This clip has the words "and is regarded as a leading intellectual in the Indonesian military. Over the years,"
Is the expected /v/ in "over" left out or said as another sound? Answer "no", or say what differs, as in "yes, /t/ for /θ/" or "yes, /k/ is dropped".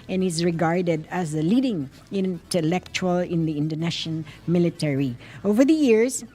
no